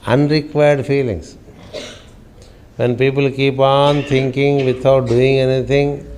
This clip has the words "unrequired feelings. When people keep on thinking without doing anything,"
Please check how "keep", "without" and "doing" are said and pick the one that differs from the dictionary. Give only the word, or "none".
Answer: without